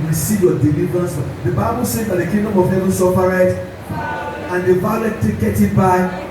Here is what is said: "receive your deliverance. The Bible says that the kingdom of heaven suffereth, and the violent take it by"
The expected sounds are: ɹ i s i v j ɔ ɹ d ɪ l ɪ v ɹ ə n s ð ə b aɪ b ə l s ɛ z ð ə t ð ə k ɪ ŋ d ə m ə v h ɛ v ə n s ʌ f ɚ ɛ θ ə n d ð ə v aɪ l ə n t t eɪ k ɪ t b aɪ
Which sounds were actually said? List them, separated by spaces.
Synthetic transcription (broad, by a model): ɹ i s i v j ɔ d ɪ l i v ɹ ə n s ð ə b aɪ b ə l s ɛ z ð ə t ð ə k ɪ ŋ d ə m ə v h ɛ v ə n s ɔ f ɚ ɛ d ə n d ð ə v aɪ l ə t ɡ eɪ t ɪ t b aɪ